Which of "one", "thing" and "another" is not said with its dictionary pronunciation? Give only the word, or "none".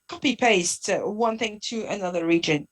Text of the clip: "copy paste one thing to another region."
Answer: none